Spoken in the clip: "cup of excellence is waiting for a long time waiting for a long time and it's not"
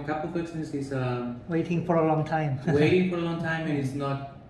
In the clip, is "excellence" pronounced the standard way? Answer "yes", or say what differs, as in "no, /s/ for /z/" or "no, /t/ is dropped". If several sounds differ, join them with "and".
no, /n/ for /l/